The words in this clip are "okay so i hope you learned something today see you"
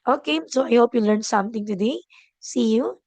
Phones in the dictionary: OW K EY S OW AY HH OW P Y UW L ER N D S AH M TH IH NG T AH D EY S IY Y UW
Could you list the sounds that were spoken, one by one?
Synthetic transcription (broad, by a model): OW K EY S OW AY HH OW P Y UW L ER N S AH M T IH NG T AH D EY S IY Y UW